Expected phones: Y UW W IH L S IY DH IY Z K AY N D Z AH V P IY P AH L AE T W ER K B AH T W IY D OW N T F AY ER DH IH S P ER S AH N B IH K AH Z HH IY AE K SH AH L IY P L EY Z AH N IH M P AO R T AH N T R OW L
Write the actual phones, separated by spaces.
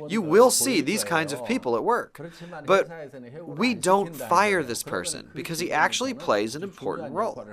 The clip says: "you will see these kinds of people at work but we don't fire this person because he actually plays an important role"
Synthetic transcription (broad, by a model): Y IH W IH L S IY DH IY Z K AY N D Z AH V P IY P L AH T W ER K B AH T W IY D OW N T F AY ER DH IH S P ER S AH N B IH K AH Z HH IY AE K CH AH L IY P L EY Z AH N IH M P AO R T N T R OW L